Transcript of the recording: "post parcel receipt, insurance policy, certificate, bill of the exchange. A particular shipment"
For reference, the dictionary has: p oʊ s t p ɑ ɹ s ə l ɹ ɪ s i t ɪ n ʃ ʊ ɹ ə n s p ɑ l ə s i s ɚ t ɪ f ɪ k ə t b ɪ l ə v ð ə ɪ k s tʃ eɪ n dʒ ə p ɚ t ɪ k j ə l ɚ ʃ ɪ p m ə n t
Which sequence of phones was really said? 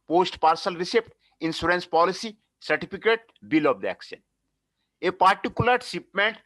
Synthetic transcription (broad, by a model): p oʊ s t p ɑ ɹ s ə l ɹ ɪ s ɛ t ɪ n s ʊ ɹ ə n s p ɑ l ə s i s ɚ t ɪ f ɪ k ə t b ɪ l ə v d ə k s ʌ n ə p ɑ t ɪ k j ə l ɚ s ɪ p m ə n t